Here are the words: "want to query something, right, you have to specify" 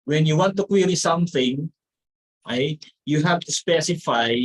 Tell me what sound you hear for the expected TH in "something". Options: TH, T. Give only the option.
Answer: TH